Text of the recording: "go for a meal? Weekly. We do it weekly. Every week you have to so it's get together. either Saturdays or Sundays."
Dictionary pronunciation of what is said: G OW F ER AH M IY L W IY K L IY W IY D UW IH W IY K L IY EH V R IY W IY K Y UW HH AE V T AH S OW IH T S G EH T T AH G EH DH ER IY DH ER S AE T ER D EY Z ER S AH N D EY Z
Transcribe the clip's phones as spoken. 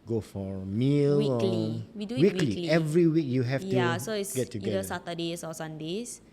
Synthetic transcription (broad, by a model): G OW F AH M IY L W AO L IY W IY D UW W IY K L IY EH V R IY W IY K Y UW HH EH F T AH S OW IH T S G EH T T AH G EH ER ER S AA T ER D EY S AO S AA N D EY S